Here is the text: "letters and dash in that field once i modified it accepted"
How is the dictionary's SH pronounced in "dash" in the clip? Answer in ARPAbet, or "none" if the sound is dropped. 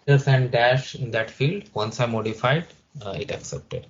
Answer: SH